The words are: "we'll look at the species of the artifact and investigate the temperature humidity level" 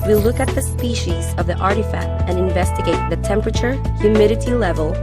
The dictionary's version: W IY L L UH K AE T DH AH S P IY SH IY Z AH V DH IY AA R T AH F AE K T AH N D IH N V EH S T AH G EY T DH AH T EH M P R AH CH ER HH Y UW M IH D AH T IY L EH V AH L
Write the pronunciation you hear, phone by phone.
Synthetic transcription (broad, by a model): W IY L L UH K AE T DH AH S P IY SH IY Z AH V DH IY AA R T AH F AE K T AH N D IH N V EH S T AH G EY T DH AH T EH M P R AH CH ER HH Y UW M IH D AH T IY L EH V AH L